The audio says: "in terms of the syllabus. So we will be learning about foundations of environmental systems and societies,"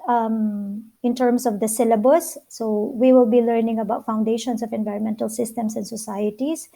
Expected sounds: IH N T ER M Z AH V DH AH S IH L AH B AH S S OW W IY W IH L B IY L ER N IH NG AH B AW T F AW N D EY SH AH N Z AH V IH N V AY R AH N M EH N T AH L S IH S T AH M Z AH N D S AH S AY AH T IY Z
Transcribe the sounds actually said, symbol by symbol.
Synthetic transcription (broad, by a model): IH N T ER M S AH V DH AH S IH L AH B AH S S OW W IY W IH L B IY L ER N IH NG AH B AW T F AW N D EY SH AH N S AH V IH N V AY R AH N M EH N T AH L S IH S T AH M S AH N D S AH S AY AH T IY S